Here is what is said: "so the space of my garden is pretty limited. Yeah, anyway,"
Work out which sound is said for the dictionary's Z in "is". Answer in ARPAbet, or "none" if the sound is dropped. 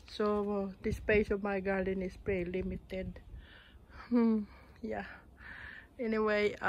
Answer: S